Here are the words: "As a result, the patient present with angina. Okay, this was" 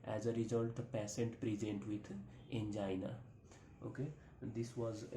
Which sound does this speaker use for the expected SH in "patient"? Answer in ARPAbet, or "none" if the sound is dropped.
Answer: S